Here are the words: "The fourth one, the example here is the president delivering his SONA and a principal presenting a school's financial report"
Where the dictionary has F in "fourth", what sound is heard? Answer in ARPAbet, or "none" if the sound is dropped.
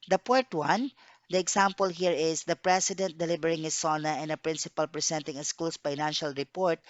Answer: P